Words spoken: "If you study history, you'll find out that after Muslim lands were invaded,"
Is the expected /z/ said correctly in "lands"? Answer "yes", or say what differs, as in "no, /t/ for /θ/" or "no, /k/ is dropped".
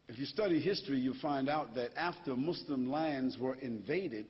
yes